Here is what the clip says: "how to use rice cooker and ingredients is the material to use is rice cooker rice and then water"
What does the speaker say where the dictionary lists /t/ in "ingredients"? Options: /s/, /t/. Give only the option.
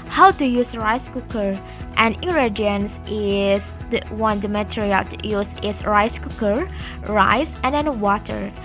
/s/